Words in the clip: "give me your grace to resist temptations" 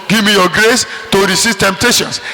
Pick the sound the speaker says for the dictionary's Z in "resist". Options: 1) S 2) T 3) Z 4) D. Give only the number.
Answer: 1